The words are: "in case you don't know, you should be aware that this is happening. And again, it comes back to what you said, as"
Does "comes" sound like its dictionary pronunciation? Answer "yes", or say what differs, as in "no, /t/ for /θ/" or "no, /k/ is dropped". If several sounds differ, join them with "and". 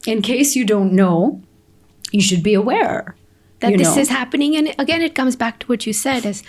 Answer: yes